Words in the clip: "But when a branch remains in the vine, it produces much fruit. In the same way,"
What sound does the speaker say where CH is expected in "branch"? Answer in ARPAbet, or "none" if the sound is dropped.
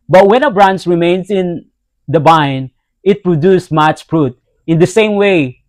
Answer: S